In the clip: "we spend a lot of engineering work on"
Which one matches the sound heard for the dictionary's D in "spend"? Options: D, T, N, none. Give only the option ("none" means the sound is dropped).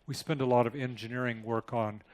D